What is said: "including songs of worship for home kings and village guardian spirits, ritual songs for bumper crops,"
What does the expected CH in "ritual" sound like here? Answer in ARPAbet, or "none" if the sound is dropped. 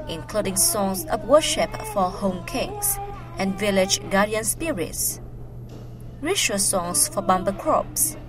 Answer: SH